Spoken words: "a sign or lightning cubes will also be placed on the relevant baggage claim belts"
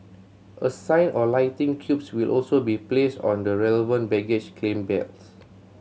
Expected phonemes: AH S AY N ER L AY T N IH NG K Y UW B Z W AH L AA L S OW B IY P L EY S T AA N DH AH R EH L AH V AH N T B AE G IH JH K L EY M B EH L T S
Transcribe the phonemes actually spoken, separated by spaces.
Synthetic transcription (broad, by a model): AH S AY N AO L AY T IH NG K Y UW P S W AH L AA L S OW B IY P L EY S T AA N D AH R EH L AH V AH N T B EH G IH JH K L EY M B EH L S